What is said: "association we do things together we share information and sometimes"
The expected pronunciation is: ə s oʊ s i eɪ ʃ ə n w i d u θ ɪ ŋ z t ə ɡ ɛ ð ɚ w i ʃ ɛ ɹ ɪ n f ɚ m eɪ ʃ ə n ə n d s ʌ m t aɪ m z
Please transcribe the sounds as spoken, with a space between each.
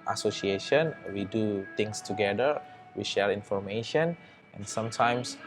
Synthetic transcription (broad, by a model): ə s oʊ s i eɪ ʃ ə n w i d u t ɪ ŋ s t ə ɡ ɛ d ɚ w i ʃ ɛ l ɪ n f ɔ m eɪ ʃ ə n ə n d s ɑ m t aɪ m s